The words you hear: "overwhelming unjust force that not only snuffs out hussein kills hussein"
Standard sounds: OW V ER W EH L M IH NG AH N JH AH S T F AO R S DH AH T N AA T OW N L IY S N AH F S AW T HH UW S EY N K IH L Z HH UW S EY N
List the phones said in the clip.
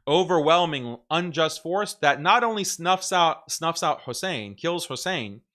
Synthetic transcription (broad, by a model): OW V ER W EH L M IH NG AH N JH AH S T F AO R S DH AH T N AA T OW N L IY S N AH F S AW T HH UW S EY N K IH L Z HH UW S EY N